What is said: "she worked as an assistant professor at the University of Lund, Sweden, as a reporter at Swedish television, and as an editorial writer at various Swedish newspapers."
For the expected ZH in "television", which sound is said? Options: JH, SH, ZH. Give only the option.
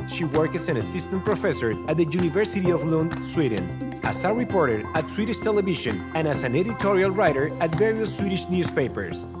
SH